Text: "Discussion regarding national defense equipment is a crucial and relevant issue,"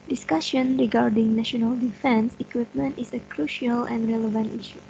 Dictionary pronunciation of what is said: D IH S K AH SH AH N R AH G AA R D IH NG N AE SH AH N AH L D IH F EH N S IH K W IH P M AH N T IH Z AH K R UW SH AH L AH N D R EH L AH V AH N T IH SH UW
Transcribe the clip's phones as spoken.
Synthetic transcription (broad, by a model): D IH S K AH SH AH N R AH G AA R D IH NG N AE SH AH N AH L D IH F EH N S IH K W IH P M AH N T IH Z AH K R UW SH AH L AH N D R EH L AH V AH N T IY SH UW